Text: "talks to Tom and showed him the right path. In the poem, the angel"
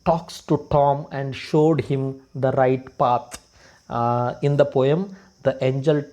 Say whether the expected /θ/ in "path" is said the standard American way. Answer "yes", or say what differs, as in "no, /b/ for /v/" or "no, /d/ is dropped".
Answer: no, /t/ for /θ/